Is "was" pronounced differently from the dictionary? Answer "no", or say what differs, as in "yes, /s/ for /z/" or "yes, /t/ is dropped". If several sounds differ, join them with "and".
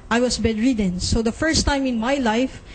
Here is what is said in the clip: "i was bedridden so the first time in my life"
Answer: yes, /s/ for /z/